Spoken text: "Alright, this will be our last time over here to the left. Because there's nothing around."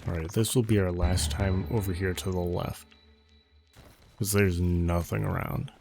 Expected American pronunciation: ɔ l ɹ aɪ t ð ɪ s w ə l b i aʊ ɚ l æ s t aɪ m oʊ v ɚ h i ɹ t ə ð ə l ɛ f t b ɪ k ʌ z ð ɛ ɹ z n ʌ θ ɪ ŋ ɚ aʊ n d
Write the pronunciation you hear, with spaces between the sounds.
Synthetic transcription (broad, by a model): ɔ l ɹ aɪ t ð ɪ s w ə l b i aʊ ɚ l æ s t aɪ m oʊ v ɚ h i ɹ t ə ð ə l ɛ f t k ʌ z ð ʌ ɹ z n ʌ θ ɪ ŋ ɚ aʊ n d